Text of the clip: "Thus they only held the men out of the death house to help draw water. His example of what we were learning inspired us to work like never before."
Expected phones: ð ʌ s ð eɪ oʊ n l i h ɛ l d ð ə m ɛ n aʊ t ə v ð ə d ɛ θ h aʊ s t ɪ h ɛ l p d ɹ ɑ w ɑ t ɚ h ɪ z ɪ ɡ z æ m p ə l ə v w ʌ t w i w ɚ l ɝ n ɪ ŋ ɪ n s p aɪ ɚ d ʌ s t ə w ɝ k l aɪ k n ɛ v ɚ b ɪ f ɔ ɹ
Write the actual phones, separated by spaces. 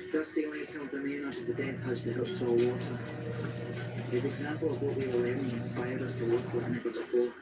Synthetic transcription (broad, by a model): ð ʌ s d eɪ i l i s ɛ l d ð ə m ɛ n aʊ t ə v ð ə d ɛ θ h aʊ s t ɪ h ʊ p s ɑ w ɑ t ɚ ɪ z ɪ ɡ z æ m p ə l ə v w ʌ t w i w ɚ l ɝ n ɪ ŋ ɪ n s p aɪ ɚ d ʌ s t ə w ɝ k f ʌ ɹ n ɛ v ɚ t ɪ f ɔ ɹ